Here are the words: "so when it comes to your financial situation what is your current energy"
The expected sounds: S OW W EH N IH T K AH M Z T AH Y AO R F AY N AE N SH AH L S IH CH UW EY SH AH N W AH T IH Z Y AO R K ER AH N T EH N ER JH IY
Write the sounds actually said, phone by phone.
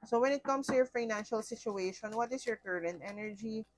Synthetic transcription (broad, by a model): S OW W EH N IH T K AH M S T AH Y AO R F AY N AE N SH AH L S IH CH UW EY SH AH N W AH T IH S Y AO R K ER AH N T EH N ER JH IY